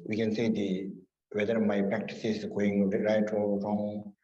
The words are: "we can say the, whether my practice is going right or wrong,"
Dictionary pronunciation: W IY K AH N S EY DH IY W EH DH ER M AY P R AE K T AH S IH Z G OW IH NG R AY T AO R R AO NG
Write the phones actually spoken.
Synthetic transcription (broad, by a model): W IY K AH N S EY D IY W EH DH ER M AY P R AE K T AH S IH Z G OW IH NG R AY T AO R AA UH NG